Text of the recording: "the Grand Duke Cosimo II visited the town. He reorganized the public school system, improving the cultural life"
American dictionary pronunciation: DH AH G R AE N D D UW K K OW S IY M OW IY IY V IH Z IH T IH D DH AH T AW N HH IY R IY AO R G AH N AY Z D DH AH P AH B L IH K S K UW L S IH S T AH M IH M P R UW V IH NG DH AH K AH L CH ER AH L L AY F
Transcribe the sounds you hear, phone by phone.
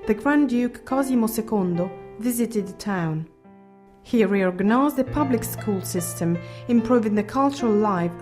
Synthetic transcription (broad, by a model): DH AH G R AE N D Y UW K K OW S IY M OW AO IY V IH Z IH T IH D DH AH T AW N HH IY R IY AO R G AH N AY Z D DH AH P AH B L IH K S K UW L S IH S T AH M IH M P R UW V IH NG DH AH K AH L CH ER AH L L AY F